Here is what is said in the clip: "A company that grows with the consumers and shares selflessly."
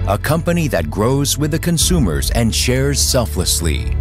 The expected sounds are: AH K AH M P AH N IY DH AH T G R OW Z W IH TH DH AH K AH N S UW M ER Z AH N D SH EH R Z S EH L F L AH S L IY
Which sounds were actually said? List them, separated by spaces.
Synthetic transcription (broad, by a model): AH K AH M P AH N IY DH AH T G R OW Z W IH DH AH K AH N S UW M ER Z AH N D SH EH R Z S EH L F L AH S L IY